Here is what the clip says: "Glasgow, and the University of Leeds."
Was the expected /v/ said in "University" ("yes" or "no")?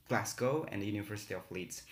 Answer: yes